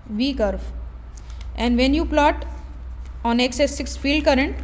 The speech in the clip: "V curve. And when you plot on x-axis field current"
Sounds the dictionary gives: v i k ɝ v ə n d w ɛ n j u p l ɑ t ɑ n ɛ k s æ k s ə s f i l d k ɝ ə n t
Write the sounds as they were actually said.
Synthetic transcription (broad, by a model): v i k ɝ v ə n d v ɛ n j u p l ɑ t ɑ n ɛ k s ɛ s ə s f i l d k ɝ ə n t